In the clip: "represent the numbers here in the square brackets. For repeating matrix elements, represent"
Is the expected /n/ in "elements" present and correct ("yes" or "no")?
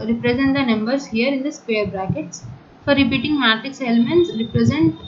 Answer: yes